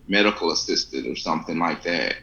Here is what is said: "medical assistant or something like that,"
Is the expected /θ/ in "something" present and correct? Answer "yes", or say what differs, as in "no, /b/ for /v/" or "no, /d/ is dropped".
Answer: yes